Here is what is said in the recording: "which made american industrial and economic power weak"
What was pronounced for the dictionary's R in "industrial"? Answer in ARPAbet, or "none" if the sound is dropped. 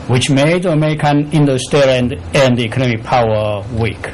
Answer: none